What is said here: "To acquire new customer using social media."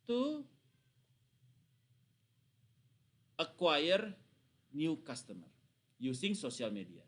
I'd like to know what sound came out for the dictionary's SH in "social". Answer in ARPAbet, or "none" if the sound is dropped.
S